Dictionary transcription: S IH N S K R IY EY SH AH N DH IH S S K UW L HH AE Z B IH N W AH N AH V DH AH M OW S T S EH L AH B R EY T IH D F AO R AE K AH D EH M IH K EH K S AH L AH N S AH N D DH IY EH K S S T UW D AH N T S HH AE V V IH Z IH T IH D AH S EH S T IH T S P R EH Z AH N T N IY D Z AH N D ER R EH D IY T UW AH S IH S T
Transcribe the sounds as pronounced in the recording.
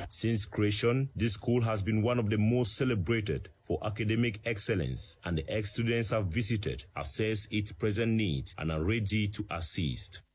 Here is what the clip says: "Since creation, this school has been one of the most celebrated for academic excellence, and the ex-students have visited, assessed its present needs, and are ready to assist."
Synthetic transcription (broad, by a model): S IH N S K R IY EY SH AH N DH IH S S K UW L HH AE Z B IH N W AH N AH V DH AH M OW S T S EH L AH B R EY T IH D F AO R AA K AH D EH M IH K EH K S AH L AH N S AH N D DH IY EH K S S T UW D AH N T S HH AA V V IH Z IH T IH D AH S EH S IH T S P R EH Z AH N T N IY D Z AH N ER R EH D IY T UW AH S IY S T